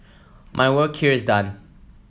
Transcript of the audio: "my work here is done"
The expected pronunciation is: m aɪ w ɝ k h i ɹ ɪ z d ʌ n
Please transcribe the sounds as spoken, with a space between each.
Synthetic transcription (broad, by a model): m aɪ w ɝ k h i ɹ ɪ z d ʌ n